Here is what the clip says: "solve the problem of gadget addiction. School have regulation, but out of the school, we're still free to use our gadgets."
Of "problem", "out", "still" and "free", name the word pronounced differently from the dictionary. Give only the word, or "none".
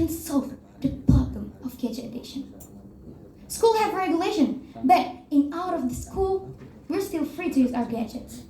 problem